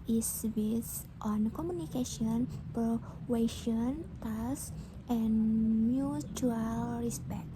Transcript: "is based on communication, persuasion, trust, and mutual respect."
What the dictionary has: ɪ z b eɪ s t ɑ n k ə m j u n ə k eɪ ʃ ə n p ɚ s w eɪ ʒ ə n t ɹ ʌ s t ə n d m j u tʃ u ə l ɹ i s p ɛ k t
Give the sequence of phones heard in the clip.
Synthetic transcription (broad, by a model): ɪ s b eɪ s t ɑ n k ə m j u n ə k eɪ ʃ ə n p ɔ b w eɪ ʃ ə n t ɑ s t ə n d m j u tʃ u ə l ɹ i s p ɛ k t